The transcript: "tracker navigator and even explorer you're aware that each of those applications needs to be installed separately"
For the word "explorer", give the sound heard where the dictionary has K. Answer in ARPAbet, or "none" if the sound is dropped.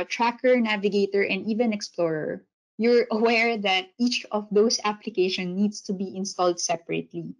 K